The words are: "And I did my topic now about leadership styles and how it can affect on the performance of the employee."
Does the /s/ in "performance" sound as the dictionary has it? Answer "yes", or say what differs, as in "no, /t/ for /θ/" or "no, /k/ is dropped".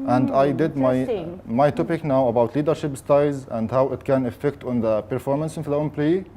yes